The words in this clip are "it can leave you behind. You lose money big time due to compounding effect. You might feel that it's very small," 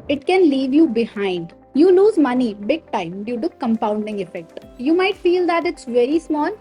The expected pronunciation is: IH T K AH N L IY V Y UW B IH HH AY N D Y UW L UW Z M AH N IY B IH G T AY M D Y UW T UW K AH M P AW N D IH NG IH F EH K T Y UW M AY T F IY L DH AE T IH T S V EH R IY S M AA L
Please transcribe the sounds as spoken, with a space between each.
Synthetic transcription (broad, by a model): IH T K AH N L IY V Y UW B IH HH AY N D Y UW L UW Z M AH N IY B IH G T AY M D Y UW T UW K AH M P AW N D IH NG IH F EH K T Y UW M AY T F IY L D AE T IH T S V EH R IY S M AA L